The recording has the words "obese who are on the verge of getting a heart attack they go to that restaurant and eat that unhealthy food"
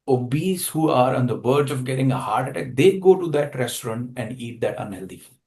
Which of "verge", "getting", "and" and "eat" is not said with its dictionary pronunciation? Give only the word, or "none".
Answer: verge